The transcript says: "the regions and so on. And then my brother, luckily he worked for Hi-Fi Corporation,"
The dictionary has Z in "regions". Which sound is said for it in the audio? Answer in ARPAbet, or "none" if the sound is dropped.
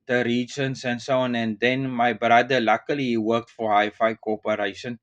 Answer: S